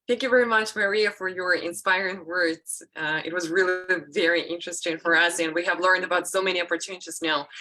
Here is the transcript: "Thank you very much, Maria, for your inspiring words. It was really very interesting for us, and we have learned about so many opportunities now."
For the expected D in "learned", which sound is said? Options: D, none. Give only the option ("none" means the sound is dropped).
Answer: D